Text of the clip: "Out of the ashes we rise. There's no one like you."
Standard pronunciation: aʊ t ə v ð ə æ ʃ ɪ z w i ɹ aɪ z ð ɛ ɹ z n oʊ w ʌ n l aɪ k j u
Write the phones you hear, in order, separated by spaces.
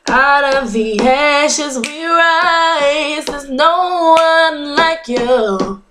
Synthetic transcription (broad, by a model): aʊ t ə v ð ə æ ʃ ɪ z w i ɹ aɪ z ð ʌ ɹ z n oʊ w ʌ n l aɪ k j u